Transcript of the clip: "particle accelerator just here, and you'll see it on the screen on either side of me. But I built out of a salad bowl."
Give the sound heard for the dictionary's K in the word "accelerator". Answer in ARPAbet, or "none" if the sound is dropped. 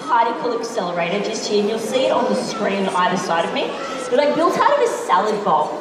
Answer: K